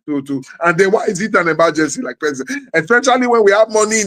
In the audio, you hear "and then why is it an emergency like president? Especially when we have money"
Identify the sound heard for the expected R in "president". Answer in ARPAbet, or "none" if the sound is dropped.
none